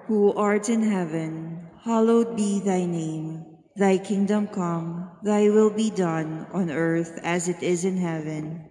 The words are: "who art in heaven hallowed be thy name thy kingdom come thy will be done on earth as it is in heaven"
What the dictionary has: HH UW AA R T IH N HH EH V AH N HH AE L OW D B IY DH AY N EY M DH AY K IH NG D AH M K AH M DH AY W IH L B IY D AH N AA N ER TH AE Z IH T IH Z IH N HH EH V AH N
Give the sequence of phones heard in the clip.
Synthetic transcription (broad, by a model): HH UW AA R T IH N HH EH V AH N HH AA L OW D B IY DH AY N EY M DH AY K IH NG D AH M K AH M DH AY W IH L B IY D AH N AA N ER TH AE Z IH T IH Z IH N HH EH V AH N